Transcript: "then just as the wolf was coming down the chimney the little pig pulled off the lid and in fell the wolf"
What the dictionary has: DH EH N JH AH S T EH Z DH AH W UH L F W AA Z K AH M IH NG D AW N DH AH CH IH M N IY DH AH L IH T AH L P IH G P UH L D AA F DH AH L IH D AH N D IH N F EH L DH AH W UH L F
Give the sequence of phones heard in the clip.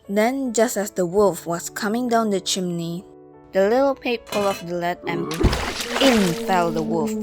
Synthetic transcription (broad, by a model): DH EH N JH AH S T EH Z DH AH W UH L F W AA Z K AH M IH NG D AW N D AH CH IH M N IY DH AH L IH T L P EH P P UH L AA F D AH L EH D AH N IH N F EH L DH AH W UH L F